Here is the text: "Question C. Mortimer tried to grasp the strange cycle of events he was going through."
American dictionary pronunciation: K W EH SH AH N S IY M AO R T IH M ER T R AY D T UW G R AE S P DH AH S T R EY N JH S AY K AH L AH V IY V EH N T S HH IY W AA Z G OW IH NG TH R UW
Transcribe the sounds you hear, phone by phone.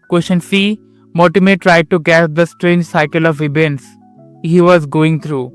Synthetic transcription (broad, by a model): K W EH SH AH N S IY M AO T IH M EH T R AY D T UW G AE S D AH S T R EY N JH S AY K AH L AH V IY B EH N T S HH IY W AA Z G OW IH NG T R UW